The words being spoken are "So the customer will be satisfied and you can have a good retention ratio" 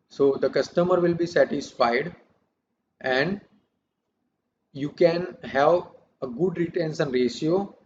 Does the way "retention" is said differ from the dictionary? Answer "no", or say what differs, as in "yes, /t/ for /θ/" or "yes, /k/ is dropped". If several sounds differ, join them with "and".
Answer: yes, /s/ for /ʃ/